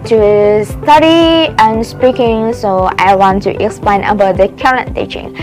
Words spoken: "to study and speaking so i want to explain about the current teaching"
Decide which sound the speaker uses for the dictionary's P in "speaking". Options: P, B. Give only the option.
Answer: P